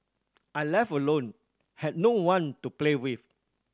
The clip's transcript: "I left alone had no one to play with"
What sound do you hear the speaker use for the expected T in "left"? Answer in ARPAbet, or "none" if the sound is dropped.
none